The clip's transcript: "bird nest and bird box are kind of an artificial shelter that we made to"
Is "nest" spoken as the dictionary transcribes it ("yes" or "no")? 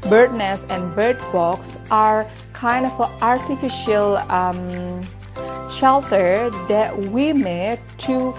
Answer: no